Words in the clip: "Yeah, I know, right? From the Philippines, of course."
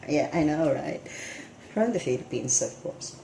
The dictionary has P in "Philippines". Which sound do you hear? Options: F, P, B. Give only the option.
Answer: B